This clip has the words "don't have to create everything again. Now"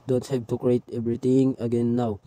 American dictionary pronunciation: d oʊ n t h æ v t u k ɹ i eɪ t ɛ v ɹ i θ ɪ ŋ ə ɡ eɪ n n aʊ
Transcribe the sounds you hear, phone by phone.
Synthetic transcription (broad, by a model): d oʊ n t h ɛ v t u k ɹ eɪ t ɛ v ɹ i t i ŋ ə ɡ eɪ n n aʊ